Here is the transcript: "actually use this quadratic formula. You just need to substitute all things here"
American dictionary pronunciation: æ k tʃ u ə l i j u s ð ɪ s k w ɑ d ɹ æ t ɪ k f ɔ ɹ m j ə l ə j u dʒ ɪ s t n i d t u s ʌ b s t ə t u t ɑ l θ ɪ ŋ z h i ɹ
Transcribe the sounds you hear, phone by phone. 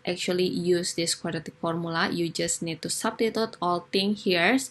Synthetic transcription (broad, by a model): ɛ k tʃ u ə l i j u s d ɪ s k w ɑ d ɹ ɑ t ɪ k f ɔ ɹ m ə l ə j u dʒ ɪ s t n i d t u s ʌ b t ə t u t ɑ l t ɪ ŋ h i ɹ